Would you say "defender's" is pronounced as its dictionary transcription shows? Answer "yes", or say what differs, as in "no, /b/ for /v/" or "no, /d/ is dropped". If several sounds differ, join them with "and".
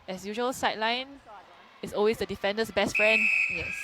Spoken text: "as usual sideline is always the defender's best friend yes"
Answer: no, /s/ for /z/